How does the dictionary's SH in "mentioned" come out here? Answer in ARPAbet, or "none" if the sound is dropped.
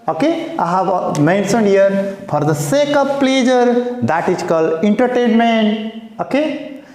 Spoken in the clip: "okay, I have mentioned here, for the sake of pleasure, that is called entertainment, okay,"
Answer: S